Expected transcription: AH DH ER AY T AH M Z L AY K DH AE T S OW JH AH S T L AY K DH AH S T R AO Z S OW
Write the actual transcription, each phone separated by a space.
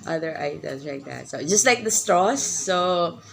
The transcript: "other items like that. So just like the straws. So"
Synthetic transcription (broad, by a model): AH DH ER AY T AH Z L AY K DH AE T S OW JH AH S T L AY K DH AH S T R AO S OW